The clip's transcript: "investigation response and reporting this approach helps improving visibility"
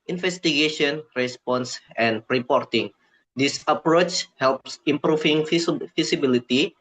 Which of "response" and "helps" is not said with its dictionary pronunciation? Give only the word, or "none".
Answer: none